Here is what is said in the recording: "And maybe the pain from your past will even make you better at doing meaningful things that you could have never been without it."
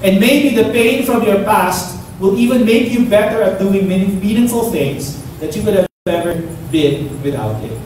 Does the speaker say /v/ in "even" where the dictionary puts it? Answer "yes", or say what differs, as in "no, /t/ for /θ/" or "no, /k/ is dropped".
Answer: yes